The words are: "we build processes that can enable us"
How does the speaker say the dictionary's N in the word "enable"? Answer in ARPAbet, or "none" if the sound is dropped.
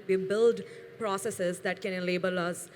L